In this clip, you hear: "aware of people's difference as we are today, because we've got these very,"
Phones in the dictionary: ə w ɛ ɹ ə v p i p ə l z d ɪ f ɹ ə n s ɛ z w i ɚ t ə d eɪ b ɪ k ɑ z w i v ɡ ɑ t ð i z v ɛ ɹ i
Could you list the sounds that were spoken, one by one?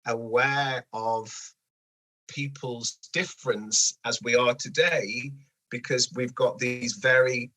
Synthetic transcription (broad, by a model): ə w ɛ ɹ ə v p i p ə l z d ɪ f ɹ ə n s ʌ z w i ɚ t ə d eɪ b ɪ k ɑ z w i v ɡ ɑ t ð i z v ɛ ɹ i